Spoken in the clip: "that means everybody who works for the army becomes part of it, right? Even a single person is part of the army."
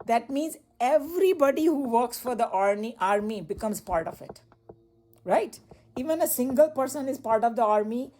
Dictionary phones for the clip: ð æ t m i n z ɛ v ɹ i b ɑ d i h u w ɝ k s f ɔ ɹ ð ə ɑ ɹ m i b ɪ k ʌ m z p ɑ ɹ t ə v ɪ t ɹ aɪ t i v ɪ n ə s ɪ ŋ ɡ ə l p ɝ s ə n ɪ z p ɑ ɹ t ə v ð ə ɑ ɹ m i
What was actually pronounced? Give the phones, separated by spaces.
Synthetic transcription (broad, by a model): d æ t m i n z ɛ v ɹ i b ɑ d i h u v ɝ k s f ɔ ɹ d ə ɑ ɹ m i b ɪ k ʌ m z p ɑ ɹ t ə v ɪ t ɹ aɪ t i v ɪ n ə s ɪ ŋ ɡ ə l p ɝ s ə n ɪ z p ɑ ɹ t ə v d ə ɑ ɹ m i